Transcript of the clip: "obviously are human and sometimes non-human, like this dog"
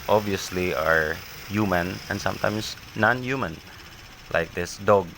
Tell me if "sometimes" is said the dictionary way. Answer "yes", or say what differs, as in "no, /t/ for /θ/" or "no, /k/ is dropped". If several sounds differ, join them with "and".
no, /s/ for /z/